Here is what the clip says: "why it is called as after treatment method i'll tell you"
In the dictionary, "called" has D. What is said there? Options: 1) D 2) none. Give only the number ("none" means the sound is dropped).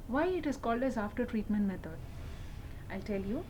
1